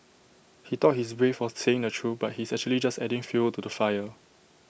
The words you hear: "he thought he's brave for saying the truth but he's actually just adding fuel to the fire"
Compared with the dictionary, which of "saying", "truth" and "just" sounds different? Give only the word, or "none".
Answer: truth